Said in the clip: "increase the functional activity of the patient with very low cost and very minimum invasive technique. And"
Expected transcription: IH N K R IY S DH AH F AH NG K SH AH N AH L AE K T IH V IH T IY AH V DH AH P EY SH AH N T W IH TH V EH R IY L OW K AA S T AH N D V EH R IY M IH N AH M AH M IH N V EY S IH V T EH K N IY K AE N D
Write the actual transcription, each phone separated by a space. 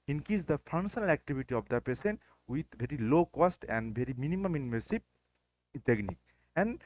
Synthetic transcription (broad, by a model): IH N K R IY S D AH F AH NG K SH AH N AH L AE K T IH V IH T IY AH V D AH P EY S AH N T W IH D V EH R IY L OW K AA S T AH N D V EH R IY M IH N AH M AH M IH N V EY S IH P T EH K N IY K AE N D